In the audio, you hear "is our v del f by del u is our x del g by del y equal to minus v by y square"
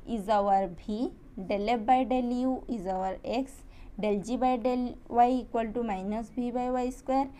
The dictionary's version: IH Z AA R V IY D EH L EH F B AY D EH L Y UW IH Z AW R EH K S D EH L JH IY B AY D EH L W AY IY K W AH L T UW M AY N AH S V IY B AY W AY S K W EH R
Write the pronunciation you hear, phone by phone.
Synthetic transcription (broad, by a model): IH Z AA R B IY D EH L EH P B AY D EH L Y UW IH Z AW R EH K S D EH L JH IY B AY D EH L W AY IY K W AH L T UW M AY N AH S B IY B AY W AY S K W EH R